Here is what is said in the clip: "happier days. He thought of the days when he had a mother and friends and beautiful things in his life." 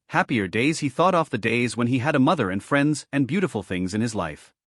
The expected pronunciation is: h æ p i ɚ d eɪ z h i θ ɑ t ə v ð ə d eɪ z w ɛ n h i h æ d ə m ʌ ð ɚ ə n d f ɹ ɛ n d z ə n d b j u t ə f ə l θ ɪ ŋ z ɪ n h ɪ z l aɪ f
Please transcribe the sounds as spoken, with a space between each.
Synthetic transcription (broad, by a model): h æ p i ɚ d eɪ z h i θ ɑ t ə f ð ə d eɪ z w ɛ n i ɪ d ə m ʌ ð ɚ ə n f ɹ ɛ n d z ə n b j u t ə f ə l θ ɪ ŋ z ɪ n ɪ z l aɪ f